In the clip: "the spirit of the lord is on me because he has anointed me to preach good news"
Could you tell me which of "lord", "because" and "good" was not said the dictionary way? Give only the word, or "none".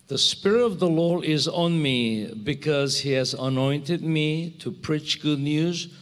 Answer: lord